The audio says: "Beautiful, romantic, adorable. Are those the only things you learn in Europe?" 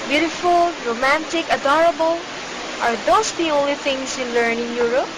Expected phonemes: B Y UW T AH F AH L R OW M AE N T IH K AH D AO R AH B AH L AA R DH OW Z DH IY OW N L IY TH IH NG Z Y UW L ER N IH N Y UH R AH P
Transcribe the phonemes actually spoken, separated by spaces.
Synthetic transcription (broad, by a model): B Y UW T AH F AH L R OW M AE N T IH K AH D AO R AH B AH L AA R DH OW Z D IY OW N L IY T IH NG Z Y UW L ER N IH N Y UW R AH P